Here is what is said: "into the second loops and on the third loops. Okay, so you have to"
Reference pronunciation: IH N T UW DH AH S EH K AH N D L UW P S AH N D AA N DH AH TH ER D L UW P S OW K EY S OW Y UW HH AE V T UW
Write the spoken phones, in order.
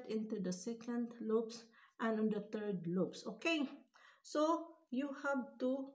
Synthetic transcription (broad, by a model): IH N T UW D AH S EH K AH N D L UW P S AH N AA N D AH T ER D L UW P S OW K EY S OW Y UW HH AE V T UW